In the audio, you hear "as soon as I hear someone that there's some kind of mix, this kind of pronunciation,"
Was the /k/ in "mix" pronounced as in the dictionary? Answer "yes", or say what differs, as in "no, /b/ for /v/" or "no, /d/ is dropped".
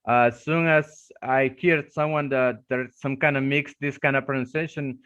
yes